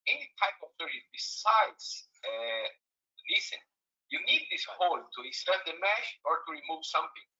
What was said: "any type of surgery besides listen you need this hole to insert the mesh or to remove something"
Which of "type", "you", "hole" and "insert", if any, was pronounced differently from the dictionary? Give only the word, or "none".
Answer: insert